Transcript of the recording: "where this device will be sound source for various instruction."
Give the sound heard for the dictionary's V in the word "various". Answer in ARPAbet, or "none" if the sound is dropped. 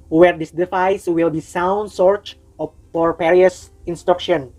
P